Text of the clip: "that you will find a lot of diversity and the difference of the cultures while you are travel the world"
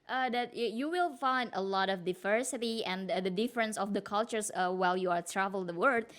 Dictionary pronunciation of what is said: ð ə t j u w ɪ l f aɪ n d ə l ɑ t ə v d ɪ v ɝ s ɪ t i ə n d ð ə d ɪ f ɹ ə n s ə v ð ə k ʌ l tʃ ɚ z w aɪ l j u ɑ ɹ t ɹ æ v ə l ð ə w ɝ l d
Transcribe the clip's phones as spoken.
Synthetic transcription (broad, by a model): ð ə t j u w ɪ l f aɪ n d ə l ɑ t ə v d ɪ v ɝ s ɪ t i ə n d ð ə d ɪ f ɹ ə n s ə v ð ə k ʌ l tʃ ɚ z w aɪ l j u ɑ ɹ t ɹ æ v ə l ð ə w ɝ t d